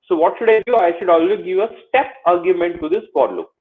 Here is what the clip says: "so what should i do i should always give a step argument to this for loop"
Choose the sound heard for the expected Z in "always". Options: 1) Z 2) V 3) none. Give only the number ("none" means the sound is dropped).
3